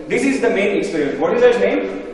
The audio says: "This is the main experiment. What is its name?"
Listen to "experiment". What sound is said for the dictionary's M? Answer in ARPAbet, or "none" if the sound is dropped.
none